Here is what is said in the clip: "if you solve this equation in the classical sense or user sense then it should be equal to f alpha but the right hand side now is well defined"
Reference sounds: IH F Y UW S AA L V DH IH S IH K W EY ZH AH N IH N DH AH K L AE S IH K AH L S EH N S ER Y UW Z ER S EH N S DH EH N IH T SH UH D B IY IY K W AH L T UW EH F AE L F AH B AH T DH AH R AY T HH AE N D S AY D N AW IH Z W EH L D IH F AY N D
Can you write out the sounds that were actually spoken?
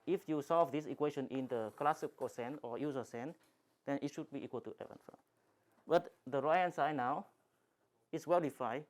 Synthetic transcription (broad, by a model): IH F Y UW S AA L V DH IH S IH K W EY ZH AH N IH N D AH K L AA S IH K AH S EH N AO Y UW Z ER S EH N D EH N IH T SH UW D B IY IY K W AH L T UW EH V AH N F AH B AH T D AH R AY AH N S AY N AW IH S W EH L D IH F AY